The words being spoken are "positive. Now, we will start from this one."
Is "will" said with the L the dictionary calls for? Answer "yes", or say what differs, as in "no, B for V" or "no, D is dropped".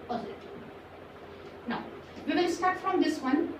no, N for L